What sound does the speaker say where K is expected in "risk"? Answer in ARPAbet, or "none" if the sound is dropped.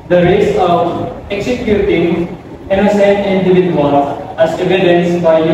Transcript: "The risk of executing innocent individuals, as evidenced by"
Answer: none